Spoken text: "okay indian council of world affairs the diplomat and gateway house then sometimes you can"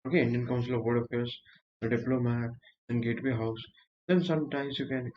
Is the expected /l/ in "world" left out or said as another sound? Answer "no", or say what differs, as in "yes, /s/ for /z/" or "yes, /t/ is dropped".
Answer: yes, /l/ is dropped